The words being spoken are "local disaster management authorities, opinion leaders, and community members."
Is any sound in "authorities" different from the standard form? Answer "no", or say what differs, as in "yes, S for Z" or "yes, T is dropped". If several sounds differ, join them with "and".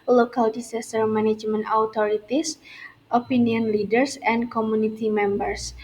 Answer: yes, T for TH